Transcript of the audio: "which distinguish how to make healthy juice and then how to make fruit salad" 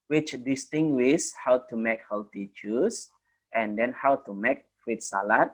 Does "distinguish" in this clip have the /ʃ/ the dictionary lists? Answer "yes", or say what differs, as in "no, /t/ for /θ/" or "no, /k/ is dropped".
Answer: no, /s/ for /ʃ/